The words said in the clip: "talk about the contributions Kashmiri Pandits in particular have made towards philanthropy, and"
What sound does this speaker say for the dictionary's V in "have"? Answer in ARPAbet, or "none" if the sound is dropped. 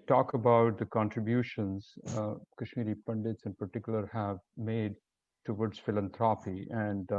V